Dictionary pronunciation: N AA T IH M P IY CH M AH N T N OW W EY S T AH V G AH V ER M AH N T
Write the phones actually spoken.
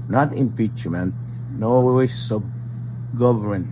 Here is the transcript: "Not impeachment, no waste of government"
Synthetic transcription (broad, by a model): N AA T IH M P IY CH M AH N T N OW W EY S AH B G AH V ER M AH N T